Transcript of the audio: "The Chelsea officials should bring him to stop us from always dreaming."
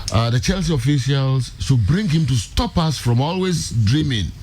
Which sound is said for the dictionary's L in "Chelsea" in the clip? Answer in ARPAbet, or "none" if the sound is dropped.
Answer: L